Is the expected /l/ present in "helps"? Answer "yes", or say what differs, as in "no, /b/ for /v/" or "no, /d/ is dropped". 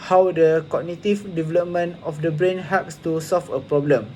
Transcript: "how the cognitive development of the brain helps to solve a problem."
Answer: no, /l/ is dropped